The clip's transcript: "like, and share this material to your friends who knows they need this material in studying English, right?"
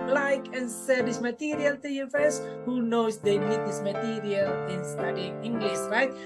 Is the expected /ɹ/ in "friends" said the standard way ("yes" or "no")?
no